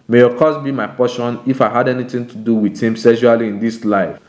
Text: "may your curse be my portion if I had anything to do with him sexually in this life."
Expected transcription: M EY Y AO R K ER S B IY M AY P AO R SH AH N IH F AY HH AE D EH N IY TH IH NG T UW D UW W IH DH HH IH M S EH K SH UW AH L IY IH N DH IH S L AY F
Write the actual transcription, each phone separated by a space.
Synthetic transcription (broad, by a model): M EY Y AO K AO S B IY M AY P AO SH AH N IH F AY HH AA D EH N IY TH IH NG T UW D UW W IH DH HH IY M S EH SH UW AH L IY IH N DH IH S L AY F